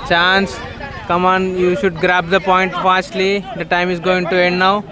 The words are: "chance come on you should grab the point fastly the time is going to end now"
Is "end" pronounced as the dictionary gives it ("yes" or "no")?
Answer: yes